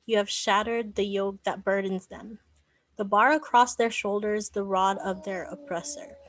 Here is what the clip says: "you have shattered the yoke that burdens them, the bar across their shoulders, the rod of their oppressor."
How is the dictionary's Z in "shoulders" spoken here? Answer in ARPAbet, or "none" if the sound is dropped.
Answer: Z